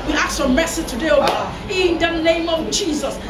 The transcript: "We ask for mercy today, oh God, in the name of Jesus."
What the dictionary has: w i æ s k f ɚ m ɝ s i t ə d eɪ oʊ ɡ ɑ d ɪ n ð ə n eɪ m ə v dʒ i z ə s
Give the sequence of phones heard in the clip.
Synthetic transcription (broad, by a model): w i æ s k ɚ m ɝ s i t ə d eɪ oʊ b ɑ ɪ n ð ə n eɪ m ə v dʒ i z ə s